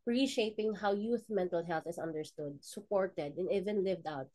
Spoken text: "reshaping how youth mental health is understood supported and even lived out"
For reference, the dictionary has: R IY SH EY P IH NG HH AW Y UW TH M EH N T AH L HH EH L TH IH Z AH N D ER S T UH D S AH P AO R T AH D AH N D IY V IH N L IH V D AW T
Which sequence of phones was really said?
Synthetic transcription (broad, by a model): R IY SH EY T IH NG HH AW Y UW TH M EH N T AH L HH EH L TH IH S AH N D ER S T UH D S AH P AO R T AH D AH N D IY V IH N L IH V D AW T